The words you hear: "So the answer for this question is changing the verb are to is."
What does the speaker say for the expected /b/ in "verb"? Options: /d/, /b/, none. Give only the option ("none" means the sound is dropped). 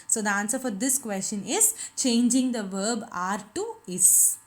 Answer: /b/